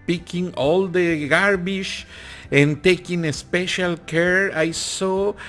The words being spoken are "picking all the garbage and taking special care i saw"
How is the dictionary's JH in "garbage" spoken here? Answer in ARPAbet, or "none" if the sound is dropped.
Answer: SH